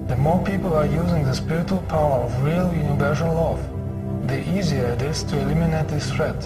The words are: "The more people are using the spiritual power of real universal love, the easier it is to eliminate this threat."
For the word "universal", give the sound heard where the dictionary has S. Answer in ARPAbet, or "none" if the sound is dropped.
SH